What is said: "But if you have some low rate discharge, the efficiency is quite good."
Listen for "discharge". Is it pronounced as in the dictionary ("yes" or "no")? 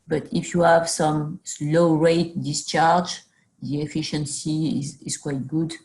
yes